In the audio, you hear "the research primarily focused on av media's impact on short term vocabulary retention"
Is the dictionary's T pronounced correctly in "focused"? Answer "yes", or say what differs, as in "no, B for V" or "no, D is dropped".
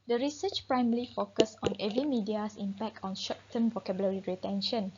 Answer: no, T is dropped